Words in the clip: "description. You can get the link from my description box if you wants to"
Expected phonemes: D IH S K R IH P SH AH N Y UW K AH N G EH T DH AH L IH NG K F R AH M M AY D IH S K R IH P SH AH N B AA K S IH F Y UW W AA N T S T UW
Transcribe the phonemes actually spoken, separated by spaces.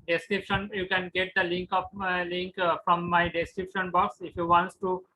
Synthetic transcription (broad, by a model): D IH S K R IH P SH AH N Y UW K AH N G EH T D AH L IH NG K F L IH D M AY D IH S K R IH P SH AH N B AA K S IH F Y UW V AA N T S T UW